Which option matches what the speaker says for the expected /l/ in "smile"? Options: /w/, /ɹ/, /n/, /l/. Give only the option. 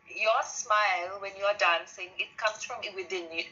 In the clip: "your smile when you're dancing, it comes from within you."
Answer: /l/